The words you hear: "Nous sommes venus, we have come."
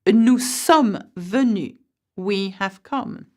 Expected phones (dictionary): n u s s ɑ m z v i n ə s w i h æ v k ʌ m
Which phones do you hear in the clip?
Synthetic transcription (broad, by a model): n u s s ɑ m v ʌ n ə w i h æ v k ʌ m